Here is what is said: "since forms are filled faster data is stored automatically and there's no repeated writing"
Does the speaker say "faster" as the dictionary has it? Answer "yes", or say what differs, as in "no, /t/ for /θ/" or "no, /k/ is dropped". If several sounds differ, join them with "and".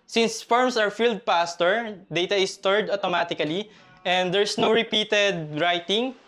no, /p/ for /f/